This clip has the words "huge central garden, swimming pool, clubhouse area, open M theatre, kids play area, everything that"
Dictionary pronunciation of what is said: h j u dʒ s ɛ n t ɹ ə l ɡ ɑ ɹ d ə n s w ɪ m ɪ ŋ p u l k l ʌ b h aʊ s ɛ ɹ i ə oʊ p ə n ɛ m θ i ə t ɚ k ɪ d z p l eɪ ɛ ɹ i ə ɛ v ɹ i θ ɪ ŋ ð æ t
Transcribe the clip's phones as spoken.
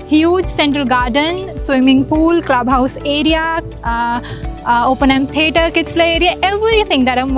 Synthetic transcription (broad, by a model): h j u dʒ s ɛ n t ɹ ə l ɡ ɑ ɹ d ə n s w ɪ m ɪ ŋ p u l k l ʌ b h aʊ s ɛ ɹ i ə oʊ p ə n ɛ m t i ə t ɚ k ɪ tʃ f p l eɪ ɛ ɹ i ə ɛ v ɹ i t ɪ ŋ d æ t